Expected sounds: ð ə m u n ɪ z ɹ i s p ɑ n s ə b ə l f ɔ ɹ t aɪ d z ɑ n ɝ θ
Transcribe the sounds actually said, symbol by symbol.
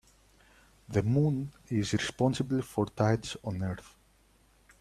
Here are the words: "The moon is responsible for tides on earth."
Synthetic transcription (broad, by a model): ð ə m u n ɪ z ɹ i s p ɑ n s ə b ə l f ɔ ɹ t aɪ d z ɑ n ɝ θ